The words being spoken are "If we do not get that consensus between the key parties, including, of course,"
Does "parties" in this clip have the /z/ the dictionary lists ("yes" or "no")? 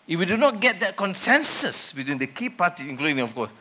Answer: no